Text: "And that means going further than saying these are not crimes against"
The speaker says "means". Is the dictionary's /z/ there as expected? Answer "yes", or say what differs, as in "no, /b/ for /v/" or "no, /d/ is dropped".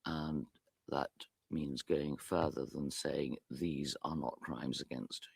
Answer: yes